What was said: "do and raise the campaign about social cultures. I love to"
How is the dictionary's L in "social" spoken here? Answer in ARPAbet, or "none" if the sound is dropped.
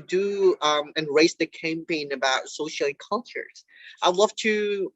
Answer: N